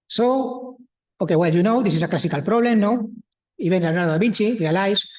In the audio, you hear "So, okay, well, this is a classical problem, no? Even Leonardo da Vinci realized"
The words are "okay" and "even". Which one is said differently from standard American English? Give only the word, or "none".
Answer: even